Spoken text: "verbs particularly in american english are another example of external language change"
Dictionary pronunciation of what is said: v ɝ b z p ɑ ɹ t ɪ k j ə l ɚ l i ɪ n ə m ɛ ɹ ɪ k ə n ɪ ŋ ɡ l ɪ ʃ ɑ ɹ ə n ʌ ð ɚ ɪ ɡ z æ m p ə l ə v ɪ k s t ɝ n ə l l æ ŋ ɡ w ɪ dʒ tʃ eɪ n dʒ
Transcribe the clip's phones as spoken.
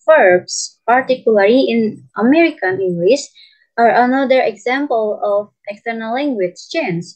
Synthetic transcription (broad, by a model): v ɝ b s p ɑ ɹ t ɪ k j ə l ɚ l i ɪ n ə m ɛ ɹ ɪ k ə n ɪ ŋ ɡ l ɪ s ɑ ɹ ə n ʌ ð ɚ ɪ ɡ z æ m p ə l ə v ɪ k s t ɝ n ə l l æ ŋ ɡ w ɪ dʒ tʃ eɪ n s